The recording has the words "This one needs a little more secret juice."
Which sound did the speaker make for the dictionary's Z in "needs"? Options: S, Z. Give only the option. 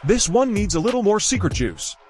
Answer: Z